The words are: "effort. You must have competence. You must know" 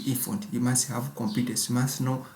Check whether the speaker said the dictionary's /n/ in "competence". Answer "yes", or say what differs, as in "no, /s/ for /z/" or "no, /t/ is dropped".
no, /n/ is dropped